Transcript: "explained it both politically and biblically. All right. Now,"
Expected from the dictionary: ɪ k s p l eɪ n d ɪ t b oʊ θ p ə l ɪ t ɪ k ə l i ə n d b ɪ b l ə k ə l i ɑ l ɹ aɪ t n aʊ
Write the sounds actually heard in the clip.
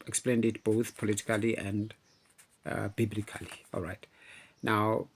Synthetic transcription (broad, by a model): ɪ k s p l eɪ n d ɪ t b oʊ θ p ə l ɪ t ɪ k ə l i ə n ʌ b ɪ b l ə k ə l i ɑ l ɹ aɪ t n aʊ